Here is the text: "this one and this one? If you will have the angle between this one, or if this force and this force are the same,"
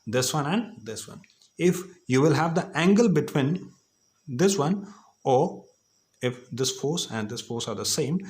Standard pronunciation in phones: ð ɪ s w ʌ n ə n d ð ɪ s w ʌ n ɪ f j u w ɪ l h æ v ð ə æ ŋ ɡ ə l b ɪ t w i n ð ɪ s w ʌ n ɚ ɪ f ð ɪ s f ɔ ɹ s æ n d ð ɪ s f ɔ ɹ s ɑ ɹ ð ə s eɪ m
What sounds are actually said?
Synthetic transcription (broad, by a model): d ɪ s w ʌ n ə n d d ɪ s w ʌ n ɪ f j u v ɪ l h æ v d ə æ ŋ ɡ ə l b ɪ t w i n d ɪ s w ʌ n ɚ ɪ f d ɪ s f ɔ ɹ s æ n d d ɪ s f ɔ ɹ s ɑ ɹ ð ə s eɪ m